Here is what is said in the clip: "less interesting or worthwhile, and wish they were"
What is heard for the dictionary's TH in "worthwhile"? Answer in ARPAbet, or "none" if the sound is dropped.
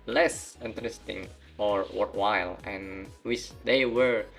T